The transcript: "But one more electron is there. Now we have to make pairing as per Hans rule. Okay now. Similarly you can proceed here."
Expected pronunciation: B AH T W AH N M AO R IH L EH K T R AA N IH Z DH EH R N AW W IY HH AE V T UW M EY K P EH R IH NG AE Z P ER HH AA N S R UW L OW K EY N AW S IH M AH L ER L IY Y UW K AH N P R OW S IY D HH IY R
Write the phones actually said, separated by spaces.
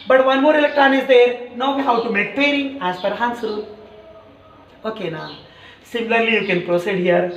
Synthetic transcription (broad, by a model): B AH T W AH N M AO R IH L EH K T R AA N IH Z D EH R N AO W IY HH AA W T UW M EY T P EH R IH NG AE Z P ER HH AA N S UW L OW K EY N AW S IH M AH L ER L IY Y UW K AH N P R OW S IY D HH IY R